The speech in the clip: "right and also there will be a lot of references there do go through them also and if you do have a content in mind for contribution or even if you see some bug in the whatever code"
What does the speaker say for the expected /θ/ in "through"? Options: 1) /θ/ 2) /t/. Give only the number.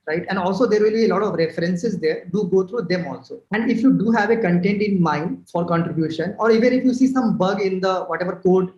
2